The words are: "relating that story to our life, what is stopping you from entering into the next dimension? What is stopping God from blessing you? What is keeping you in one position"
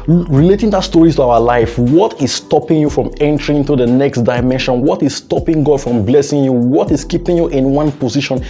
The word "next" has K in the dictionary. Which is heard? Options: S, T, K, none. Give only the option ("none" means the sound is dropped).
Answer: K